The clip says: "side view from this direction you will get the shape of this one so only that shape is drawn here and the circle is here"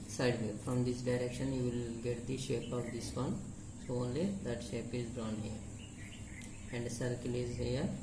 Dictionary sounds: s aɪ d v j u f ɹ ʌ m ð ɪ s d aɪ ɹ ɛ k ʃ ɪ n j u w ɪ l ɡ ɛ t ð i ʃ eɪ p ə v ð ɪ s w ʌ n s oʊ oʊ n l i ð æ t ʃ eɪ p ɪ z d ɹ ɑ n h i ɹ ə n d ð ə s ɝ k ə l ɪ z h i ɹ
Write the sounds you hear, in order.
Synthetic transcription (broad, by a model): s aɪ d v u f ɹ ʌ m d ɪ s d aɪ ɹ ɛ k ʃ ɪ n j u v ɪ l ɡ ɛ t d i ʃ eɪ p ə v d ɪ s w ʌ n s oʊ oʊ n l i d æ t ʃ eɪ p ɪ z d ɹ ɑ n h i ɹ ə n d s ɝ k ə l ɪ z h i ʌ